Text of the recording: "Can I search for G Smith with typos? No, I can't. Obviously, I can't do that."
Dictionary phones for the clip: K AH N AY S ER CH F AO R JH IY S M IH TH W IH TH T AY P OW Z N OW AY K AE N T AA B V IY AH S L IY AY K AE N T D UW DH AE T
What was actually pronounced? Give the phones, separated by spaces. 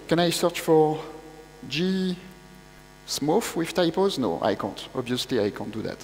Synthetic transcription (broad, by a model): K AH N AY S ER CH F AO R JH IY S M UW F W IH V T AY P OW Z N OW AY K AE N T AA B V IY AH S L IY AY K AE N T D UW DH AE T